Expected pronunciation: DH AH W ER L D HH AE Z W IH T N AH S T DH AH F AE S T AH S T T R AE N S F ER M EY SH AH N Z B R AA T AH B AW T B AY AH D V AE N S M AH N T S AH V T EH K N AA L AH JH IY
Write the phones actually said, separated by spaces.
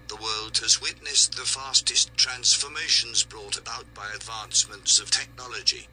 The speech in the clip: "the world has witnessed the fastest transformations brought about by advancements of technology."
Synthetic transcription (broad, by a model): DH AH W ER L D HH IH Z W IH T N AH S DH AH F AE S T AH S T T R AE N S F ER M EY SH AH N Z B R AA T AH B AW T B AY AH D V AE N S M AH N T S AH V T EH K N AA L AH JH IY